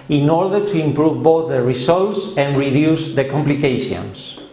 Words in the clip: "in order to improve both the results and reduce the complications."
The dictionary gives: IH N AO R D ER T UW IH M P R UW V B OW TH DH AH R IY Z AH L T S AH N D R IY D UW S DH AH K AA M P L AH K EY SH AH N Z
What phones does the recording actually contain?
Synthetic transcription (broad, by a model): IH N AO R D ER T UW IH M P R UW V B OW TH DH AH R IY S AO L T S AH N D R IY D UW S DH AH K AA M P L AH K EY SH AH N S